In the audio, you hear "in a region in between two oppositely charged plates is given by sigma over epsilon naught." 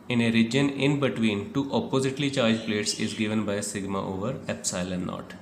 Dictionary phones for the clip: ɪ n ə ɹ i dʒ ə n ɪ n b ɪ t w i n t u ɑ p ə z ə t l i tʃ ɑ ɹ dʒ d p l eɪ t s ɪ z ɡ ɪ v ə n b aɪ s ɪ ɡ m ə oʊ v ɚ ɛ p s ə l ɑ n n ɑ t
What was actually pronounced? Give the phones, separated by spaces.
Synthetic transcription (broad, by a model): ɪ n ə ɹ i dʒ ə n ɪ n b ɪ t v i n t u ɑ p ə z ə t l i tʃ ɑ ɹ dʒ p l eɪ t s ɪ z ɡ ɪ v ə n b aɪ s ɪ ɡ m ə oʊ v ɚ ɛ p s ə l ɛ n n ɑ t